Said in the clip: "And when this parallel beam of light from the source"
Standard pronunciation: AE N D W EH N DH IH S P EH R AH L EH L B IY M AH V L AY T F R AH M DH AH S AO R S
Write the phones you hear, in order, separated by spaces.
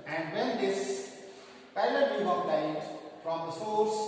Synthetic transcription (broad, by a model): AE N D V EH N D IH S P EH AH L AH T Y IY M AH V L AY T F R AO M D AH S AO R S